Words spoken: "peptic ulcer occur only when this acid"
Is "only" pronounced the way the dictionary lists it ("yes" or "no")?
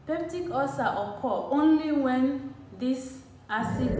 yes